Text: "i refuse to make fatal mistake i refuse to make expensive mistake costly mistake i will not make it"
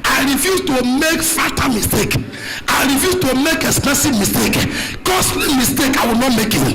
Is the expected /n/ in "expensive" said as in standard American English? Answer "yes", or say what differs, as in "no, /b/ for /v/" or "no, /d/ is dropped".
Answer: no, /n/ is dropped